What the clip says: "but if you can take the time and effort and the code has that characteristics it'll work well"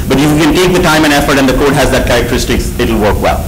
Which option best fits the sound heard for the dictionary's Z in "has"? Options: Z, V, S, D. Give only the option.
Z